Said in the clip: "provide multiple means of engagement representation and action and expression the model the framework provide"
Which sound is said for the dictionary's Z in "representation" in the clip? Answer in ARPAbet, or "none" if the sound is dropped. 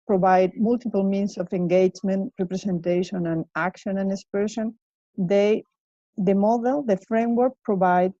S